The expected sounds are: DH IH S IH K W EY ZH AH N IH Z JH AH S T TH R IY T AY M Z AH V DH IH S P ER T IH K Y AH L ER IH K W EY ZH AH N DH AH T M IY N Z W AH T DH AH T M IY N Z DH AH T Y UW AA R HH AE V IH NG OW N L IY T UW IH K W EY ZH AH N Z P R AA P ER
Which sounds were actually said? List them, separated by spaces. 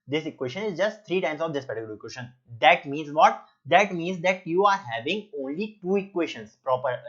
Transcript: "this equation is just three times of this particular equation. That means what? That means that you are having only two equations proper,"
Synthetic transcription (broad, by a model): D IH S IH K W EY SH AH N IH Z JH AH S T T R IY T AY M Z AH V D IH S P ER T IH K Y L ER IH K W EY SH AH N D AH T M IY N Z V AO T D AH T M IY N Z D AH T Y UW AA R HH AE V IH NG OW N L IY T UW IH K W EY SH AH N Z P R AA P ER